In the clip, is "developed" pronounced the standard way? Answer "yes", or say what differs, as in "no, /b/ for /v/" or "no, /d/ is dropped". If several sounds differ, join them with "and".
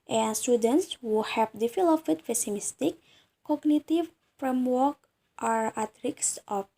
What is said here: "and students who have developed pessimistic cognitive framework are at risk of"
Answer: no, /f/ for /v/ and /f/ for /p/